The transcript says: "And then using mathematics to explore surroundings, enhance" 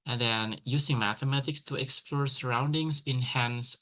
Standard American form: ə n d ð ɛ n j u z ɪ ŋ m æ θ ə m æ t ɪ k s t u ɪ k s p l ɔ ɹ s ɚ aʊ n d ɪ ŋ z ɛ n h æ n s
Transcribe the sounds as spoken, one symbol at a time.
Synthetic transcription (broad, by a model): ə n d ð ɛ n j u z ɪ ŋ m æ θ ə m æ t ɪ k s t u ɪ k s p l ɔ ɹ s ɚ aʊ n d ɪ ŋ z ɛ n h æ n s